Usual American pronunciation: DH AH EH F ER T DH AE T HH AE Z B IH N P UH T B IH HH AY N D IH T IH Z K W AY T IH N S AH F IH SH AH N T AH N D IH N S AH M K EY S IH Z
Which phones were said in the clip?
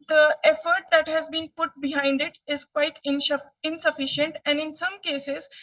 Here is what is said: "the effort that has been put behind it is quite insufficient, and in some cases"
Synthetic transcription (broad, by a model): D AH EH F ER T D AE T HH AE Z B IH N P UH T B IH HH AY N D IH T IH Z K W AY T IH N S AH F IH SH AH N T AH N D IH N S AH M K EY S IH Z